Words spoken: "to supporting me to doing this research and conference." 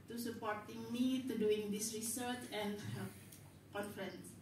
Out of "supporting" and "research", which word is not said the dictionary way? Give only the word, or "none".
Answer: none